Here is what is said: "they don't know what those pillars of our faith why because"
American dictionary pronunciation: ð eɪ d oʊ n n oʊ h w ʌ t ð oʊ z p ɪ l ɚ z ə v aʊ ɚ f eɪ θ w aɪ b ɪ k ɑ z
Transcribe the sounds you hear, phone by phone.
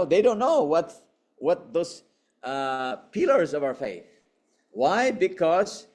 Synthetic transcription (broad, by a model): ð eɪ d oʊ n n oʊ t w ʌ t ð oʊ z p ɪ l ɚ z ə v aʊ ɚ f eɪ θ w aɪ b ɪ k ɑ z